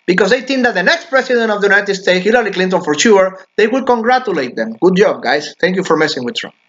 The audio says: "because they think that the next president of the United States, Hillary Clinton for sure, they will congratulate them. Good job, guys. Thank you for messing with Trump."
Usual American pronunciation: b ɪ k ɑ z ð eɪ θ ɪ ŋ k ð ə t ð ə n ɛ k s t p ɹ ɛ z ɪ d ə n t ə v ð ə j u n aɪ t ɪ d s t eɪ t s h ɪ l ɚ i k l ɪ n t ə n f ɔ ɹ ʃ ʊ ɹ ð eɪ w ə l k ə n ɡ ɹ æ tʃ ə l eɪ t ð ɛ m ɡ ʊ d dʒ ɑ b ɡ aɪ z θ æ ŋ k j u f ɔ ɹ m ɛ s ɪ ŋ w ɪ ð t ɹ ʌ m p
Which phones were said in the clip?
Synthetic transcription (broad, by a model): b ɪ k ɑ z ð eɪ θ ɪ ŋ k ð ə t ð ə n ɛ k s t p ɹ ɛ s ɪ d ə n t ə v ð ə j u n aɪ t ɪ d s t eɪ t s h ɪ l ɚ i k l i n t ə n f ɔ ɹ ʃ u ɹ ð eɪ w ə l k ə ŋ ɡ ɹ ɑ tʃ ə l eɪ t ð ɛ m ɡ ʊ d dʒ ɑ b ɡ aɪ s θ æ ŋ k j u f ɔ ɹ m ɛ s ɪ ŋ w ɪ ð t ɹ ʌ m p